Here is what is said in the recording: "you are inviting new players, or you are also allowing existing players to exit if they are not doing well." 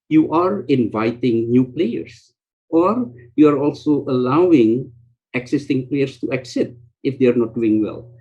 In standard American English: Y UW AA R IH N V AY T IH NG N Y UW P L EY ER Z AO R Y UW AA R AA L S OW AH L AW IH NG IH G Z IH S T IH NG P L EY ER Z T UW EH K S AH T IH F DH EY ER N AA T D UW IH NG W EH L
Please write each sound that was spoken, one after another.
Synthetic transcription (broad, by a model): Y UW AA R IH N V AY T IH NG N Y UW P L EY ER S AO R Y UW AA R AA L S OW AH L AW IH NG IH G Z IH S T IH NG P L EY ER S T UW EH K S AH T IH F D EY ER N AA T D UW IH NG W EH L